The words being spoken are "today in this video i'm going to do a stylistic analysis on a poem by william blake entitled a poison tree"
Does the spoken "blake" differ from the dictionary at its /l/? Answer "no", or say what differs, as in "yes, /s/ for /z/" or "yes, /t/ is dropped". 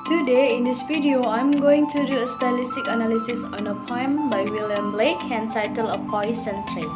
no